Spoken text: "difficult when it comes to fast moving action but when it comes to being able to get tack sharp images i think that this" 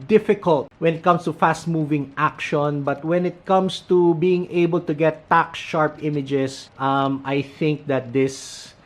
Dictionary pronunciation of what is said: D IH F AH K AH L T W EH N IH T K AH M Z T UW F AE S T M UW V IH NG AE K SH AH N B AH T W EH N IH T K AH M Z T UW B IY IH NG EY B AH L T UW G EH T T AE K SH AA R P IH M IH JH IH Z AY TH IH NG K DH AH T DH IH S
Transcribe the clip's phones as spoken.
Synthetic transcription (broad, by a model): D IH F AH K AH L T W EH N IH T K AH M S T UW F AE S T M UW V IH NG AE K SH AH N B AH T W EH N IH T K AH M S T UW B IY IH NG EY B AH L T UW G EH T T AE K SH AA R P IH M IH JH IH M AY TH IH NG K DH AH T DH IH S